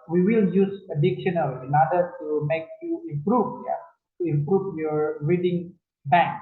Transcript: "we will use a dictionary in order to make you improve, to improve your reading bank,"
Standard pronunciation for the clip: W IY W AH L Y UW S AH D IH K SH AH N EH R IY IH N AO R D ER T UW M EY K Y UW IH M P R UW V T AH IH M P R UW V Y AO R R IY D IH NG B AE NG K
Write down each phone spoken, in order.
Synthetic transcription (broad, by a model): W IY W AH L Y UW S AH D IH K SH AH N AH L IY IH N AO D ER T UW M EY K Y UW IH M P R UW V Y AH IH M P R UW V Y AO R R IY D IH NG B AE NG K